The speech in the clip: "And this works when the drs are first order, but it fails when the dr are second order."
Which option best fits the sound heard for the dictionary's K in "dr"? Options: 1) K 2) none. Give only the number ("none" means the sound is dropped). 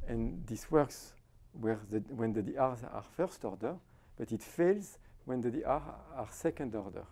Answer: 2